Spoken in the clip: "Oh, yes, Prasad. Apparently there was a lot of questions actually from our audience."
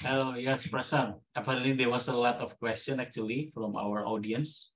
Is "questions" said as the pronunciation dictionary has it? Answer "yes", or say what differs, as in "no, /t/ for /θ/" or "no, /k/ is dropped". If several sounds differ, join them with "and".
no, /z/ is dropped